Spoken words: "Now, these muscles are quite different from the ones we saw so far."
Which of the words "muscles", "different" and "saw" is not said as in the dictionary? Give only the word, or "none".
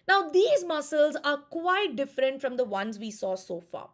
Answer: none